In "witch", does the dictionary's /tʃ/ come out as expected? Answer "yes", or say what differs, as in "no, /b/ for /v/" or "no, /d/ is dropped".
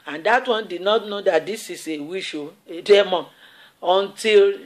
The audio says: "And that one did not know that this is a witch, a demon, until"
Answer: no, /ʃ/ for /tʃ/